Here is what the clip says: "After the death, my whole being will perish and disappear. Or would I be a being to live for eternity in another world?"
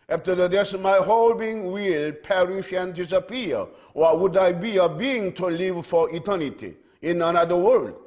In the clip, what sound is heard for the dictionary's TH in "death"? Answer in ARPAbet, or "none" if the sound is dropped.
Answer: S